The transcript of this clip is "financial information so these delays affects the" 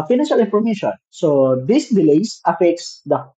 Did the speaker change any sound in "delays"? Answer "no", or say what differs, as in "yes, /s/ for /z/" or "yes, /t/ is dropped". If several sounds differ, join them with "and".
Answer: yes, /s/ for /z/